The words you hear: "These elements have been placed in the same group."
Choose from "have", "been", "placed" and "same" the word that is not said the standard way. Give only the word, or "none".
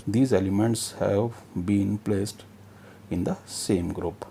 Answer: none